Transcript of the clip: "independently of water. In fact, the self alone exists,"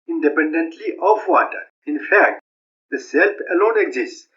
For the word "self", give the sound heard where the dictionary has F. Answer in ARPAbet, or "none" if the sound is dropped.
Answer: P